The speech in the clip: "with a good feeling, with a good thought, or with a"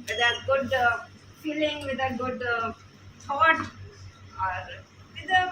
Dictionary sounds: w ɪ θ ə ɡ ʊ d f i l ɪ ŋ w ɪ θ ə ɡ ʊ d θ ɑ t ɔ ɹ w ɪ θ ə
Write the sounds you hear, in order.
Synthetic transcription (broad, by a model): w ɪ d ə ɡ ʊ d f i l ɪ ŋ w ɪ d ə ɡ ʊ d s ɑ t ɔ ɹ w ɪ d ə